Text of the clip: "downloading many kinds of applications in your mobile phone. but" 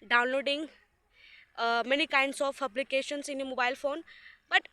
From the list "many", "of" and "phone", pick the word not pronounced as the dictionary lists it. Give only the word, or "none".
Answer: of